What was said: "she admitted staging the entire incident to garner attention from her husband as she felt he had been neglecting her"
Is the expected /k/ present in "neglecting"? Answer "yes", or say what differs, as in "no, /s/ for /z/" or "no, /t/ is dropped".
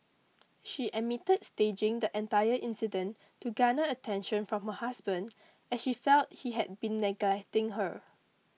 yes